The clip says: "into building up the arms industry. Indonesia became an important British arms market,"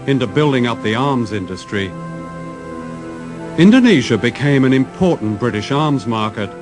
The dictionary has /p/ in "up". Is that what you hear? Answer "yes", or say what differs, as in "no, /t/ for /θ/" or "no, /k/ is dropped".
yes